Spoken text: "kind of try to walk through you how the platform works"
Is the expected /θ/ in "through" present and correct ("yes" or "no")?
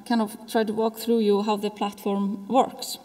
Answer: yes